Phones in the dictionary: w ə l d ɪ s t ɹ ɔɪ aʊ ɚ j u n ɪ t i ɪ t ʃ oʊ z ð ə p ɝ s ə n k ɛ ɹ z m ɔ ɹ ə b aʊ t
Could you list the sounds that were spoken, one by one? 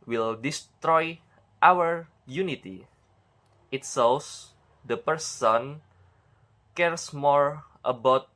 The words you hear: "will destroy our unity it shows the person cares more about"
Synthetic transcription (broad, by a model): w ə l d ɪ s t ɹ ɔɪ aʊ ɚ j u n ɪ t i ɪ t s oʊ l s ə p ɝ s ə n k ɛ ɹ s m ɔ ɹ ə b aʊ t